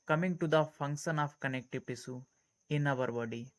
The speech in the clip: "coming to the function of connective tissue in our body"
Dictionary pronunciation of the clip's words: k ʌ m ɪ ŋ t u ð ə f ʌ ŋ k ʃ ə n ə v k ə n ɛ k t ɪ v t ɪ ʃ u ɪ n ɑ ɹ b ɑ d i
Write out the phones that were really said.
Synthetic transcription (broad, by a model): k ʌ m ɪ ŋ t u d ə f ʌ ŋ k ʃ ə n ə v k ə n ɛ k t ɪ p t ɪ s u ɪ n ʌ ɹ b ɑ d i